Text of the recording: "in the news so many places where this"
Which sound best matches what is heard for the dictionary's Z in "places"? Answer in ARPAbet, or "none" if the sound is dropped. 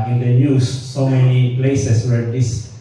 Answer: S